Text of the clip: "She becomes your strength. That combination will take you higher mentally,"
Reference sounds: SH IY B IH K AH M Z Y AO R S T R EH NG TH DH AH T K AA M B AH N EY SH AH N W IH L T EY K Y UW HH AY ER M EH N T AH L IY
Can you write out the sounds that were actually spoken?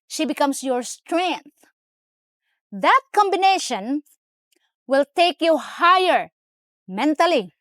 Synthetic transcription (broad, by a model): SH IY B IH K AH M S Y AO R S T R EH NG TH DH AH T K AA M B AH N EY SH AH N W IH L T EY K Y UW HH AY ER M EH N T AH L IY